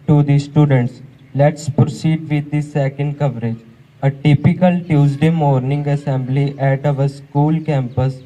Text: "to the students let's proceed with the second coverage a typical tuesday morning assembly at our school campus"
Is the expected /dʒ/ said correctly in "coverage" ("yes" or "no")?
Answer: yes